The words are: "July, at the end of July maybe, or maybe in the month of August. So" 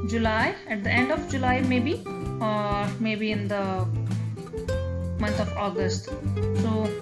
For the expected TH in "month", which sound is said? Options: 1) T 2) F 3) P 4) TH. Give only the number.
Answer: 1